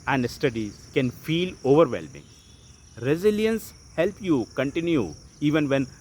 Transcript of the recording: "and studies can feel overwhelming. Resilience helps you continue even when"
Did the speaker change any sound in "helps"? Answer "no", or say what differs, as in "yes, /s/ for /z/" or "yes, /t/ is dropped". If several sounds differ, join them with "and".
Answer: yes, /s/ is dropped